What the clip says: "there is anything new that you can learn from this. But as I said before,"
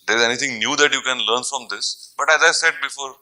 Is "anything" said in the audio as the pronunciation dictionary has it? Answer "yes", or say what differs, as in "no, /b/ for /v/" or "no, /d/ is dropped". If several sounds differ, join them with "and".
no, /t/ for /θ/